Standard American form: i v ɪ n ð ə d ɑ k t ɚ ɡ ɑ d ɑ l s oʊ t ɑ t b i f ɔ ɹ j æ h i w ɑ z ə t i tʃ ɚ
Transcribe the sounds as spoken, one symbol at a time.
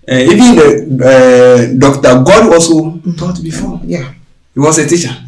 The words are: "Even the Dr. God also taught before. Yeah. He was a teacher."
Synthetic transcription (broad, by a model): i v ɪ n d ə d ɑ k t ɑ ɡ ɑ d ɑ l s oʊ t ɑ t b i f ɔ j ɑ h i w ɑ s ə t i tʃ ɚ